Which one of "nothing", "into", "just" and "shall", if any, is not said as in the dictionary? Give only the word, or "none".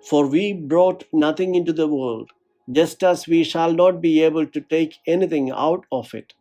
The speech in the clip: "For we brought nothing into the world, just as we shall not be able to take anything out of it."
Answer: nothing